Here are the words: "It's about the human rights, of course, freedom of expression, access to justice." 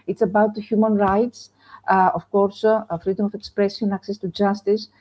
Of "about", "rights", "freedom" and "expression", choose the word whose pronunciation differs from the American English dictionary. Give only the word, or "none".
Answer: expression